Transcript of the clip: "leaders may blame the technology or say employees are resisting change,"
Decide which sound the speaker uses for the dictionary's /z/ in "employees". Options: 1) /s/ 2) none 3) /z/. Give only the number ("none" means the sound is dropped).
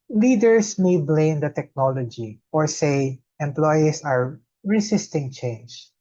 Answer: 1